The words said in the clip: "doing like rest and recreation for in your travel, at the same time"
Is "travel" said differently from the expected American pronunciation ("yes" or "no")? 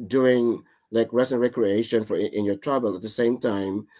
yes